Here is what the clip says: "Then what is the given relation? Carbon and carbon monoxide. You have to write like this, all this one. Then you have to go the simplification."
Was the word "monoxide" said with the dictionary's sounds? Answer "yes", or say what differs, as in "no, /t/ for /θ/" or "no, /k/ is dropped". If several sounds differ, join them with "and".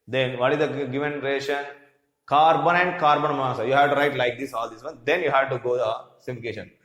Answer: no, /k/ is dropped